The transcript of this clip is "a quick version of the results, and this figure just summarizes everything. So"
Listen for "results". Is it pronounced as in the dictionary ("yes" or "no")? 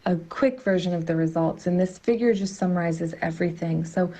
yes